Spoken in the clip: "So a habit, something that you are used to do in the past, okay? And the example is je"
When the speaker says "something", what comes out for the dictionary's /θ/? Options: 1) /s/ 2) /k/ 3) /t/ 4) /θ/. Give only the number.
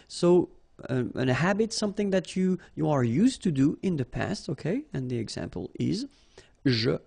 4